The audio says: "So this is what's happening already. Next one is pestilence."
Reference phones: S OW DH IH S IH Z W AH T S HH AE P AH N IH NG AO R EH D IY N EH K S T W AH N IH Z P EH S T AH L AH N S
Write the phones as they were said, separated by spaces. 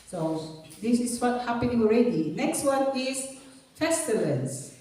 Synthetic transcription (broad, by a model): S OW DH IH S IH S W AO T HH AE P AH N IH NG AO R EH D IY N EH K S T W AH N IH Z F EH S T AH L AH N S